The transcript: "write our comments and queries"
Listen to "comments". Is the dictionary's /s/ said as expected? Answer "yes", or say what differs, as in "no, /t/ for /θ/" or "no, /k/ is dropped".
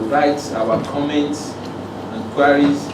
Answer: yes